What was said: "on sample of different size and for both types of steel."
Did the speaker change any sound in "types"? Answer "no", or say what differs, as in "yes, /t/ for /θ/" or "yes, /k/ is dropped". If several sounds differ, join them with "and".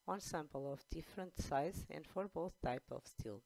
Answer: yes, /s/ is dropped